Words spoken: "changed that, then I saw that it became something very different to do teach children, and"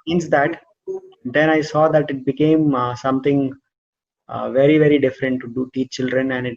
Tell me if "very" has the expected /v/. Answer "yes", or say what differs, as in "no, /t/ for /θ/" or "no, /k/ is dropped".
yes